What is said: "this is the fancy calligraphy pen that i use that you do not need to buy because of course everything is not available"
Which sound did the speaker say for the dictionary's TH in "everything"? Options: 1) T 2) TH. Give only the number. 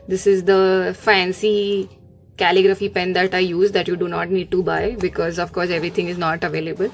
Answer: 1